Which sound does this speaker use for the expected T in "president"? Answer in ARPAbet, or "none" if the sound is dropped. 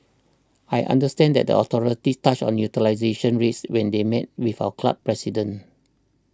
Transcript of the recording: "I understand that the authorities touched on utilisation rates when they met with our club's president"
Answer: none